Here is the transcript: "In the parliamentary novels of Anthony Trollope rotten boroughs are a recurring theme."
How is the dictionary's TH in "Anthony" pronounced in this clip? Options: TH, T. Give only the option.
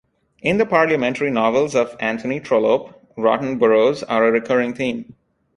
T